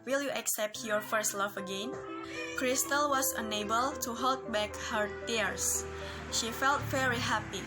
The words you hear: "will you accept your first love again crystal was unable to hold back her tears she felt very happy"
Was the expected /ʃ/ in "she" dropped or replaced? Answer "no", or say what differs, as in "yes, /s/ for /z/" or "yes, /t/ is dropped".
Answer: no